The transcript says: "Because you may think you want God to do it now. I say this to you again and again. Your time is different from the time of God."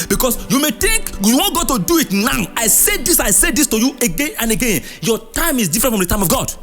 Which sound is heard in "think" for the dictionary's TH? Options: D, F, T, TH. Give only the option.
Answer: T